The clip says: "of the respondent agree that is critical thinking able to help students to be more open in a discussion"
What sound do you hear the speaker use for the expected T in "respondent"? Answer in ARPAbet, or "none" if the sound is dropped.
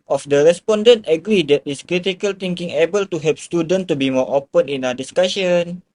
T